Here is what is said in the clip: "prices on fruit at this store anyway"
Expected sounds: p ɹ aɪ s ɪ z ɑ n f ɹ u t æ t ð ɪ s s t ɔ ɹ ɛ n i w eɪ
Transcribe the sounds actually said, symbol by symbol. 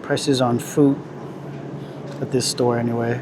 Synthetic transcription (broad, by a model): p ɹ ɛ s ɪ z n f u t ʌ t ð ɪ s s t ɔ ɹ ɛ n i w eɪ